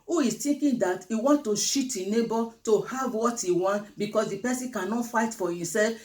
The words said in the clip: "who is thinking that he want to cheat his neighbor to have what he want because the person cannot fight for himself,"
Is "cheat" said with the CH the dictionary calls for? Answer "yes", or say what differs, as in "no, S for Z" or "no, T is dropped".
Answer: no, SH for CH